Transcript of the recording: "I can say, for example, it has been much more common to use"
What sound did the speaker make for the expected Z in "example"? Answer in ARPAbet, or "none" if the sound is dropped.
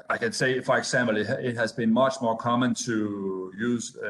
S